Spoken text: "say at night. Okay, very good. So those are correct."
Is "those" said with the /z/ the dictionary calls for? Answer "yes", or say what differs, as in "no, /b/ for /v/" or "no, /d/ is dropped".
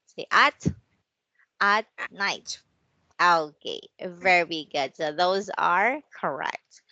yes